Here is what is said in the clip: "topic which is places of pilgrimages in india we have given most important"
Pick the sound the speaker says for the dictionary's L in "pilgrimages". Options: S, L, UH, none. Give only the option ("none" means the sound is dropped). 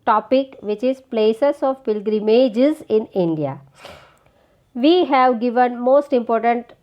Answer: L